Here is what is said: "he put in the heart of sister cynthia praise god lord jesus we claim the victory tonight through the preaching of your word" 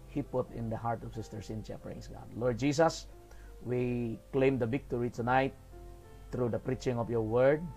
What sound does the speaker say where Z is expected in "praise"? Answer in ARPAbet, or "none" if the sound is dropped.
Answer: S